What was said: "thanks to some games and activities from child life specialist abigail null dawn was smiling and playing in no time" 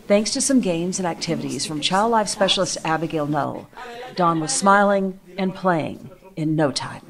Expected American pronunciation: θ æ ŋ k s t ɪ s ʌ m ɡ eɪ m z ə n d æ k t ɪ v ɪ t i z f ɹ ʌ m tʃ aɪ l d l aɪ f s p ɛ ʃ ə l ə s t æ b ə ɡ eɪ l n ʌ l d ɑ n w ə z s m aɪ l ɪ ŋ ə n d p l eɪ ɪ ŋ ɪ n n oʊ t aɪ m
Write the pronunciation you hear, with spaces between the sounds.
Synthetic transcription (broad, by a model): θ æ ŋ k s t ɪ s ʌ m ɡ eɪ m z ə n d æ k t ɪ v ɪ t i z f ɹ ʌ m tʃ aɪ l d l aɪ f s p ɛ ʃ l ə s t æ b ə ɡ eɪ l n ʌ l d ɑ n w ə z s m aɪ l ɪ ŋ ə n p l eɪ ɪ ŋ ɪ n n oʊ t aɪ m